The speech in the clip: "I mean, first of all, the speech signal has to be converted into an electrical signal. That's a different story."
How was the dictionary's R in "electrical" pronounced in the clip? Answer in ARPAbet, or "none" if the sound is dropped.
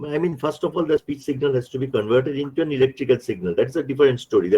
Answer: R